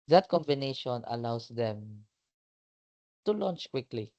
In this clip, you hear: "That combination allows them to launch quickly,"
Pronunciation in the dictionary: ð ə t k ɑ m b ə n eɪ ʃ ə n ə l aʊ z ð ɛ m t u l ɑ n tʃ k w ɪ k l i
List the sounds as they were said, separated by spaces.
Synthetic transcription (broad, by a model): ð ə t k ɑ m b ə n eɪ ʃ ə n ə l aʊ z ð ɛ m t u l ɑ n tʃ k w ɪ k l i